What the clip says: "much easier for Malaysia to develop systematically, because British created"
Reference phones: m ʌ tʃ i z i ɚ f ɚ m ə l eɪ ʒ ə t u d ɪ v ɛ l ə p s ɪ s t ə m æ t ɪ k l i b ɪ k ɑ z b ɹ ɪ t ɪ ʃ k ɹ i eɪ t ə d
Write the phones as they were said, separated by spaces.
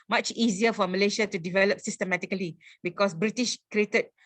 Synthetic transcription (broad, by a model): m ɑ tʃ i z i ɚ f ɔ m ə l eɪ ʃ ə t u d ɪ v ɛ l ə p s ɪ s t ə m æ t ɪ k l i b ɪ k ɑ s b ɹ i t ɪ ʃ k ɹ i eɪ t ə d